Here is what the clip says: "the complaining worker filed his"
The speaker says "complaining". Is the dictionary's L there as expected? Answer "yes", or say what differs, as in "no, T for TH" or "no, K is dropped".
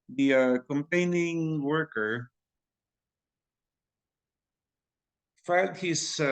no, L is dropped